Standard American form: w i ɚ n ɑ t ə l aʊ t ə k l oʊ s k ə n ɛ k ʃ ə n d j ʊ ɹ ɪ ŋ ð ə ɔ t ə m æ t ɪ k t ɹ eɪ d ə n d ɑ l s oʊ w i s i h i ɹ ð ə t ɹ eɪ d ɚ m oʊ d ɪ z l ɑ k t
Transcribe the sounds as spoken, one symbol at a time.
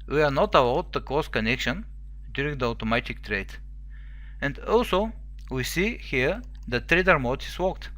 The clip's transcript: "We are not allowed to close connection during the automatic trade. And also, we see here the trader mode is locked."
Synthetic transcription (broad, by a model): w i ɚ n ɑ t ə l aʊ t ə k oʊ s k ə n ɛ k ʃ ə n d j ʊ ɹ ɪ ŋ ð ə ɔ t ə m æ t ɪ k t ɹ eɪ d ə n d ɑ l s oʊ w i s i h i ɹ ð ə t ɹ eɪ d ɚ m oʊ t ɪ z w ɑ k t